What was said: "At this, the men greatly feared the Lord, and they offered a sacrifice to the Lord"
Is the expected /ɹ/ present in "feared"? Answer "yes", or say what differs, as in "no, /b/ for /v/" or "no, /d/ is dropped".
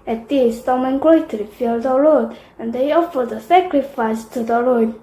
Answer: no, /l/ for /ɹ/